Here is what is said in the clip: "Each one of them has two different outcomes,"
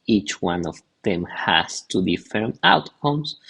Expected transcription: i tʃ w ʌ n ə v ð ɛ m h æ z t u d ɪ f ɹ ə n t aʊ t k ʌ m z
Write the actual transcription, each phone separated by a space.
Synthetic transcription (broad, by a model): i tʃ w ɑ n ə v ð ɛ m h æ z t u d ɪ f ə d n aʊ t k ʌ m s